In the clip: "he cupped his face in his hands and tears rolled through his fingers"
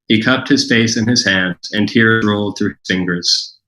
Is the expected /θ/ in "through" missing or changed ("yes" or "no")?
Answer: no